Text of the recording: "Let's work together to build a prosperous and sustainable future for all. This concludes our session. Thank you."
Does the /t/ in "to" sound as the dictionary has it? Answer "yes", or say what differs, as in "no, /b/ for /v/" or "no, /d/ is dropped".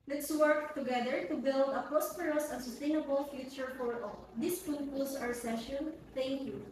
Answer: yes